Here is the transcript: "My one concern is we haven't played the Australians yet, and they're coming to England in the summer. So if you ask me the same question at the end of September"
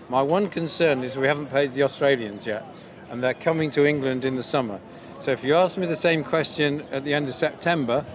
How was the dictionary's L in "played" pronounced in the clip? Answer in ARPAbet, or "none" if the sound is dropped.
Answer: none